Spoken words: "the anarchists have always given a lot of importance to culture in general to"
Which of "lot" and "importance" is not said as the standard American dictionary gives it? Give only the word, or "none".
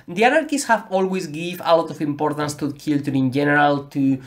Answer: none